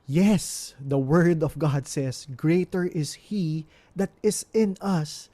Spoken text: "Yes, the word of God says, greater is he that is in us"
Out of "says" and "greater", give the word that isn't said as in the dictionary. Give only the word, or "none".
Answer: says